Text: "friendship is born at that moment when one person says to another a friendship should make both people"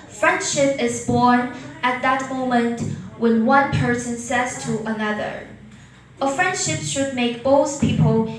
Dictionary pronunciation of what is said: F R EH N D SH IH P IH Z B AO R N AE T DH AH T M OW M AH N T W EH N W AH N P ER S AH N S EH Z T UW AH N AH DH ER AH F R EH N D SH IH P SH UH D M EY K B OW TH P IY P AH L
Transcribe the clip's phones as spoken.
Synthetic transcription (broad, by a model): F R EH N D SH IH P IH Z B AO R N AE T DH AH T M OW M AH N T W EH N W AH N P ER S AH N S EH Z T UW AH N AH DH ER AH F R EH N D SH IH P SH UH D M EY K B OW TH P IY P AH L